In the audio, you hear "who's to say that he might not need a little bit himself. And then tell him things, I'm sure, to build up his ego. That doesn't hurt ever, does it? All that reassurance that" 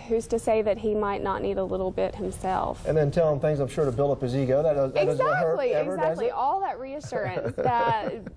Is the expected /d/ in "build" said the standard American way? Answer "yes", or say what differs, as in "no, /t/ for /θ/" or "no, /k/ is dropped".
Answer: no, /d/ is dropped